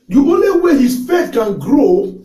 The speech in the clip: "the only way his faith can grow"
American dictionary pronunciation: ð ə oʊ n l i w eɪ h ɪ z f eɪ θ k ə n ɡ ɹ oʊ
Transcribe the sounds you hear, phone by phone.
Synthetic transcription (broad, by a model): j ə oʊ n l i w eɪ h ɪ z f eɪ t k ə n ɡ ɹ oʊ